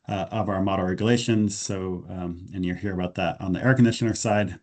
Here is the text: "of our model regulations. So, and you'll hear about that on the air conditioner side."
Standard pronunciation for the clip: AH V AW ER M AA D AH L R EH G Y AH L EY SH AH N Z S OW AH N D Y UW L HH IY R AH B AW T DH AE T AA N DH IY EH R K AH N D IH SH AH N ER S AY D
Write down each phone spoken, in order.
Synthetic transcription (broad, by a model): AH V AW ER M AA D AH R R EH G Y AH L EY SH AH N Z S OW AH N Y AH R HH IY R AH B AW T DH AE T N DH IY EH R K AH N D IH SH AH N ER S AY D